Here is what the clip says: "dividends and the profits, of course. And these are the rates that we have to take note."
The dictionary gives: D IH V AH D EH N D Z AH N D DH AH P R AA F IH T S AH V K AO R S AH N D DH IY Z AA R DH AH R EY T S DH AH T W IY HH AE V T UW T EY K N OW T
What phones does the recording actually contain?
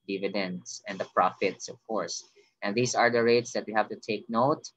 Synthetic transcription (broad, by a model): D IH V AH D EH N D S AH N D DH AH P R AA F IH T S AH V K AO R S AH N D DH IY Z AA R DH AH R EY T S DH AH T W IY HH AE V T UW T EY K N OW T